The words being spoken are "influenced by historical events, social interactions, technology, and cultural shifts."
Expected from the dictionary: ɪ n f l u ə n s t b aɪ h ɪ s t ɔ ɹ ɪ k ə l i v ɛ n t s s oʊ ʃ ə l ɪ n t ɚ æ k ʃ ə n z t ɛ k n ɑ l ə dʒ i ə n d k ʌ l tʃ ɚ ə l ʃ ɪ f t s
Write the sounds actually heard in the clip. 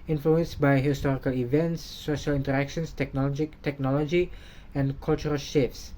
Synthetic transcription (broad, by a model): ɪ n f l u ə n s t b aɪ h ɪ s t ɔ ɹ ɪ k ə l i v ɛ n t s s oʊ ʃ ə l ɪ n t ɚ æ k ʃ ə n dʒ t ɛ k n ɑ l ə dʒ i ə n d k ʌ l tʃ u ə l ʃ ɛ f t s